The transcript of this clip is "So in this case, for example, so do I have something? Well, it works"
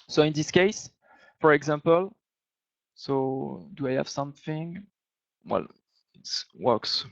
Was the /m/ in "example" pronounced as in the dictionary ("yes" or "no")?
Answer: yes